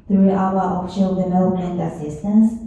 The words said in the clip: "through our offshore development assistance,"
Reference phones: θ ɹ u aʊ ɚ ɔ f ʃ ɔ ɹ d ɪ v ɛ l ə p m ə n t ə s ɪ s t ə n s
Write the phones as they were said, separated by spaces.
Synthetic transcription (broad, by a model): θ ɹ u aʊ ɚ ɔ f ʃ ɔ l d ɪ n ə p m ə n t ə s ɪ s t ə n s